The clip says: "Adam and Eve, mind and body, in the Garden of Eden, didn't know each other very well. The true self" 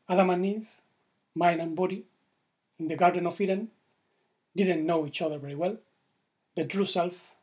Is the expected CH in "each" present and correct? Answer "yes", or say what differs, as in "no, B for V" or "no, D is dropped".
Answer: yes